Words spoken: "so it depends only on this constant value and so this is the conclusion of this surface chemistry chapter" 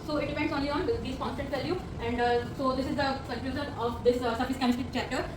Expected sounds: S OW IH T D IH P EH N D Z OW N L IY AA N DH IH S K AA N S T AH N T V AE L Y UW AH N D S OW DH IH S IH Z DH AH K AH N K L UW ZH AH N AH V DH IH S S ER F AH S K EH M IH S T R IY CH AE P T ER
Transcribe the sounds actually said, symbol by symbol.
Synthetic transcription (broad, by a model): S OW IH T D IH P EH N D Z OW N L IY AA N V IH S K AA N S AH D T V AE L Y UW AH N D S OW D IH S IH Z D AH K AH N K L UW Z AH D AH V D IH S S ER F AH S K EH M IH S T IY CH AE P T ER